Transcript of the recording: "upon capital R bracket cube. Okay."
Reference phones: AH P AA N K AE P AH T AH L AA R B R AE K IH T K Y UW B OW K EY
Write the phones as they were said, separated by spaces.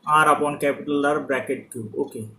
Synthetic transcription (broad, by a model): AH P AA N K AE P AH T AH L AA R B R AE K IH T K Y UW OW K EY